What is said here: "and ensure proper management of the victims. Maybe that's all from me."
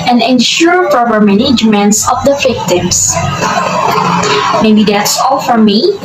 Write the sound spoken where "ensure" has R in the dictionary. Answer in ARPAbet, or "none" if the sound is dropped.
R